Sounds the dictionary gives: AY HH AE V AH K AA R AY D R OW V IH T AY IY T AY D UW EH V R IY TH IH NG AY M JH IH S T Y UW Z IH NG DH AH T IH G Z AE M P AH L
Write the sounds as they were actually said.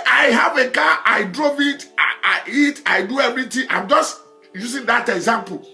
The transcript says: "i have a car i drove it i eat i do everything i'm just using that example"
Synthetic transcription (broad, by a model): AY HH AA V AH K AA AY D R OW V IH T AY IY T AY D UW EH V R IY T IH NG AY M JH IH S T Y UW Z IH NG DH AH T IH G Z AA M P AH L